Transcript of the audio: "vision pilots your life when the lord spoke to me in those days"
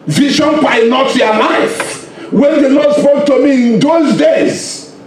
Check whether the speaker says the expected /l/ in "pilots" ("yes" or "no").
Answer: no